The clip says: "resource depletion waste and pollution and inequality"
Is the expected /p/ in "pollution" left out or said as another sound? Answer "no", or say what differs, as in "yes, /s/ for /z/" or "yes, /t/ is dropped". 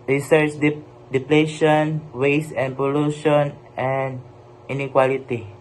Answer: no